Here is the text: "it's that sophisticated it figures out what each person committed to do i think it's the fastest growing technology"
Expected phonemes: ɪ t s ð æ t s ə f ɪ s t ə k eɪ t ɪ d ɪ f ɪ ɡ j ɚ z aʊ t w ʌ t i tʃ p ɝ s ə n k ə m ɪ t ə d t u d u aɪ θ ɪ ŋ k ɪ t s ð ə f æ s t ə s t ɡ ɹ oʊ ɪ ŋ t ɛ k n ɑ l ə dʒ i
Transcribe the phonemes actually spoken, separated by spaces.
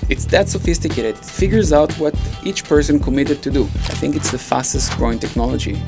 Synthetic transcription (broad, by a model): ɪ t s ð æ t s ə f ɪ s t ə k eɪ t ɪ d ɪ f ɪ ɡ j ɚ z aʊ t w ʌ t i tʃ p ɝ s ə n k ə m ɪ t ə d t u d u aɪ θ ɪ ŋ k ɪ t s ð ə f æ s t ə s t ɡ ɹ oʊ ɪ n t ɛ k n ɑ l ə dʒ i